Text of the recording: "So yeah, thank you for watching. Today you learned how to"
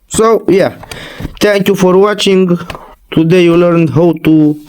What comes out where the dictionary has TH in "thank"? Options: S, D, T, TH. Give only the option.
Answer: T